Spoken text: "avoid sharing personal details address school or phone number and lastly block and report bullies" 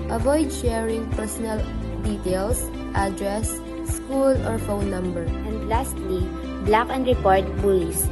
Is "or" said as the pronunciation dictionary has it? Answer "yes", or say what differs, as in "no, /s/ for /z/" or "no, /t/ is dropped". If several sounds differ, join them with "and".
yes